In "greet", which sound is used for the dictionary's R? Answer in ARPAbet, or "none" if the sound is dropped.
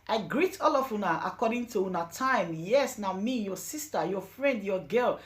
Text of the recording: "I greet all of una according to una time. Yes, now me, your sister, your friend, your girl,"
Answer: R